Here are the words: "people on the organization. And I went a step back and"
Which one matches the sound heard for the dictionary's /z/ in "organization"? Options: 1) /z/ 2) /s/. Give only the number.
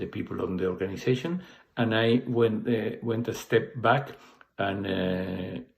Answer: 2